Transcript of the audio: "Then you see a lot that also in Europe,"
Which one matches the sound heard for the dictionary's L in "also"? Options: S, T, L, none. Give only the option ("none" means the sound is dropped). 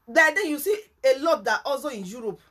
none